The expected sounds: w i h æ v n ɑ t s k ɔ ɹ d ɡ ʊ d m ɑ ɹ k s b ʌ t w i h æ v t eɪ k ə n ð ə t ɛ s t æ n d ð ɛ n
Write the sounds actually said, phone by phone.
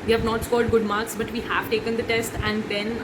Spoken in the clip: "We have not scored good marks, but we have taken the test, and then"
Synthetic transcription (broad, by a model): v i h æ v n ɑ t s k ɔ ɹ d ɡ ʊ d m ɑ ɹ k s b ʌ t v i h æ v t eɪ k ə n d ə t ɛ s t æ n d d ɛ n